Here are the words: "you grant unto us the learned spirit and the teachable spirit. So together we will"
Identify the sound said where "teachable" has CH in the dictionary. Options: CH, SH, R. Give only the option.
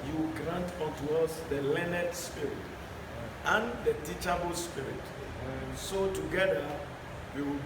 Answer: CH